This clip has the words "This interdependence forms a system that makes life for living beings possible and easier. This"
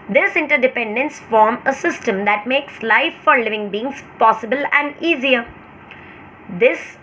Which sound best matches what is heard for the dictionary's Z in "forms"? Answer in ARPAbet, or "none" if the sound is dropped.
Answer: none